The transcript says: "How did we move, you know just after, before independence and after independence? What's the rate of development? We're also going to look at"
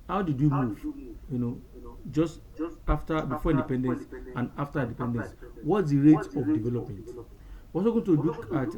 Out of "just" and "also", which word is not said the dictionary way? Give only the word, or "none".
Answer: also